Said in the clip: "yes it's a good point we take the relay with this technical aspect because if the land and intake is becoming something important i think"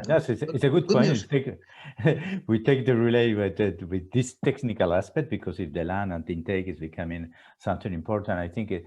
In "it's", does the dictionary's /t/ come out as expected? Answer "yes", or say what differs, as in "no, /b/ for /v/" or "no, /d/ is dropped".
no, /s/ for /t/